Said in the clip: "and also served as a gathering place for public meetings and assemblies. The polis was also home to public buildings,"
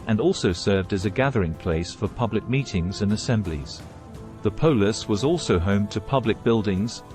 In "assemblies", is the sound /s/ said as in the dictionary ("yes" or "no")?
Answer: yes